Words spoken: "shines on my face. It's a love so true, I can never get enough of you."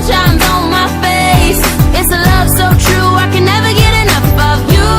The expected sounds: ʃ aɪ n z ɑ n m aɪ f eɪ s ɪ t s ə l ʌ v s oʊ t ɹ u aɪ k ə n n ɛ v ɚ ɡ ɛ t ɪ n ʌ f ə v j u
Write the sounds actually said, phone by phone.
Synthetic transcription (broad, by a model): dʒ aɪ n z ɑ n m aɪ f eɪ s ɪ t s ə l ʌ v s oʊ t ɹ u aɪ k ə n n ɛ v ɚ ɡ ɛ t ɪ n ʌ f ə v j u